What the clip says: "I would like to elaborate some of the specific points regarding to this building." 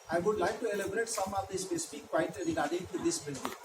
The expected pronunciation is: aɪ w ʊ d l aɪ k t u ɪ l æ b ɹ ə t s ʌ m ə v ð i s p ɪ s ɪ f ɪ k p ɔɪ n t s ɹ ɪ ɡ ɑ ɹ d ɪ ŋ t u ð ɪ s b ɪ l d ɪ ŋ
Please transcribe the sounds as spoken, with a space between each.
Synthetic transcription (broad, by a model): aɪ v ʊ d l aɪ k t u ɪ l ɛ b ɹ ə t s ʌ m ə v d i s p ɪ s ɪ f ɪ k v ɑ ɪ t ɹ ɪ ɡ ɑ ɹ d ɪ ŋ t u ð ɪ s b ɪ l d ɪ